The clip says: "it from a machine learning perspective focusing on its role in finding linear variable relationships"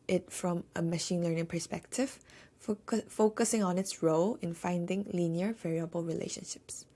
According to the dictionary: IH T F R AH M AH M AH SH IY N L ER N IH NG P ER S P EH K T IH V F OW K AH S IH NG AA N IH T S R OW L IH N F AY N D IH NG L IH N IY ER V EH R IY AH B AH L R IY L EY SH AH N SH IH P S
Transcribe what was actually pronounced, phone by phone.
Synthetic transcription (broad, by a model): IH T F R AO M AH M AH SH IY N L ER N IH NG P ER S P EH K T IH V F OW K AH S IH NG AA N IH T S R OW L IH N F AY N D IH NG L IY N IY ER V EH R IY AH B AH L R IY L EY SH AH N SH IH P S